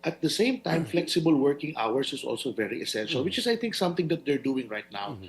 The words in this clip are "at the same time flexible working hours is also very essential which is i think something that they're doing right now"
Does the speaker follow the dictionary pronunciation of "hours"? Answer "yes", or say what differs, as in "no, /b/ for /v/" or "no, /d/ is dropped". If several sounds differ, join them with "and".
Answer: no, /s/ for /z/